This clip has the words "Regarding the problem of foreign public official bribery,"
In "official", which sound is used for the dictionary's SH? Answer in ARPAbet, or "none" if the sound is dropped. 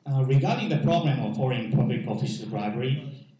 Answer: S